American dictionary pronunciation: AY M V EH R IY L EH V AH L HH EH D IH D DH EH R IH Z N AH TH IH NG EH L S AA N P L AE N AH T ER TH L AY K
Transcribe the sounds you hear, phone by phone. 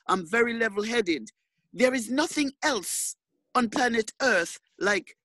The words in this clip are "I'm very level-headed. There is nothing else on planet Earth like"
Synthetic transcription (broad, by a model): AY M V EH R IY L EH V L HH EH D IH D DH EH R IH Z N AH TH IH NG EH L S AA N P L AE N AH T ER TH L AY K